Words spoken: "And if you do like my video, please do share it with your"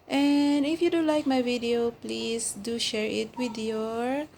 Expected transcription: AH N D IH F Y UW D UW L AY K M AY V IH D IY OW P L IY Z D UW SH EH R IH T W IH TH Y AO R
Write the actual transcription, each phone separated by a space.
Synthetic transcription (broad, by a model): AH N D IH F Y UW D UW L AY K M AY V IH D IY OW P L IY S D UW SH EH R IH T W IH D Y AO R